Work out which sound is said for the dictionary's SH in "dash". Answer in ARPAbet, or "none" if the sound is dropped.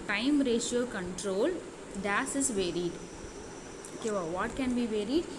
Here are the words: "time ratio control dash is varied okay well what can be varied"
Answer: S